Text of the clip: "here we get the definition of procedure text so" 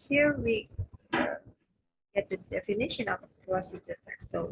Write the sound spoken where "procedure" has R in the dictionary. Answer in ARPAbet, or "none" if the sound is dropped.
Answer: L